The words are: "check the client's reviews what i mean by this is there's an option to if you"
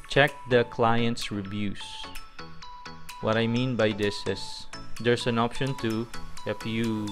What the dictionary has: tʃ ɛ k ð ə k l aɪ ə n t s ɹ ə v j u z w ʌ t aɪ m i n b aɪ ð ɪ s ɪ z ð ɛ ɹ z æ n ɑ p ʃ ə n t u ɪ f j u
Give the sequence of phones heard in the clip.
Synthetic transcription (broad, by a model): tʃ ɛ k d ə k l aɪ ə n t s ɹ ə b j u s w ʌ t aɪ m i n b aɪ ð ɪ s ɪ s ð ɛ ɹ s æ n ɑ p ʃ ə n t u ɪ f j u